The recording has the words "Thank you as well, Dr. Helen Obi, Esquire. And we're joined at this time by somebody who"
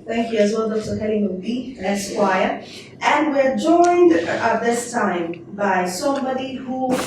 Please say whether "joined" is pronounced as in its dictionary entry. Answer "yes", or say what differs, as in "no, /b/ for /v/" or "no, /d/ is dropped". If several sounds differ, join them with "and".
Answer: yes